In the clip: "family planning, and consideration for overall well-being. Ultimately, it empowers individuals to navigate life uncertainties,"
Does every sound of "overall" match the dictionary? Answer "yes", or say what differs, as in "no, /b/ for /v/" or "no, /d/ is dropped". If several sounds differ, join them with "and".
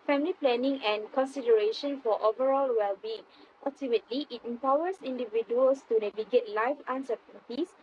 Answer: yes